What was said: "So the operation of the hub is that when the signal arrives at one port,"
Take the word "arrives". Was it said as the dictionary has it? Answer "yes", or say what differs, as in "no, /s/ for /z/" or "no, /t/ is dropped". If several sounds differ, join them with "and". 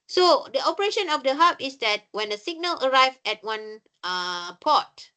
no, /z/ is dropped